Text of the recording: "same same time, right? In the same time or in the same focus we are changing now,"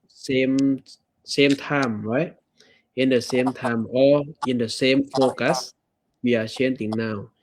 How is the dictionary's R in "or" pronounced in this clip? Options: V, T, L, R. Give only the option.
L